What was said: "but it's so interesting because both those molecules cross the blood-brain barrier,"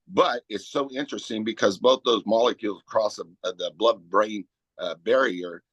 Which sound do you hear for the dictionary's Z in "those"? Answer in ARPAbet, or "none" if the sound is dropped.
Z